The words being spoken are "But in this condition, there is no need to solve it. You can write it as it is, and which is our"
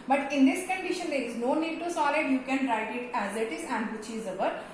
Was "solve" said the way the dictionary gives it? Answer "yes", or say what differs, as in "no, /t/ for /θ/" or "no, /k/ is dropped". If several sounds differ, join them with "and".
no, /v/ is dropped